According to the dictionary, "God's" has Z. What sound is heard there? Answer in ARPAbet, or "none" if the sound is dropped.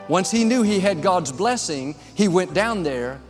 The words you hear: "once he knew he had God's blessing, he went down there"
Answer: Z